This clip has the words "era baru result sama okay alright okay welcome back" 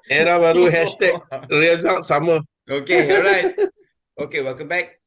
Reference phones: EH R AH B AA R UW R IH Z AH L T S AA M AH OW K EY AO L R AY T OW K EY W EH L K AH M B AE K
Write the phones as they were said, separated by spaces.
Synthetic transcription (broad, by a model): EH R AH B AA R UW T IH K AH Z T S AA M AH OW K EY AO R AY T OW K EY W EH L K AH M B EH K